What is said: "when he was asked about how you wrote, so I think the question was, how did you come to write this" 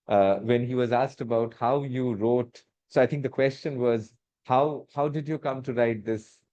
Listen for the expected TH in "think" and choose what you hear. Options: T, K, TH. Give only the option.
T